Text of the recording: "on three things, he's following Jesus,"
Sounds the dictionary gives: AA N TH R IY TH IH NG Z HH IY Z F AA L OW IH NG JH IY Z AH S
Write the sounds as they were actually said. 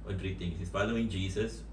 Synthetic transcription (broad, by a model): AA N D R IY T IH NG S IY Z F AA L OW IH NG JH IY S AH S